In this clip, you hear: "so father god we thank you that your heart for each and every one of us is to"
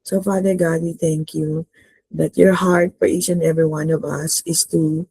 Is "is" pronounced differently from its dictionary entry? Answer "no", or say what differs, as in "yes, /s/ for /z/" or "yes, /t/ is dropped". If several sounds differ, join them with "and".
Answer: yes, /s/ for /z/